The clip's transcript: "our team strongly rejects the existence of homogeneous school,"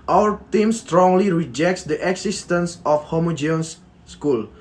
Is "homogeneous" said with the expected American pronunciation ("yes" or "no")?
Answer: no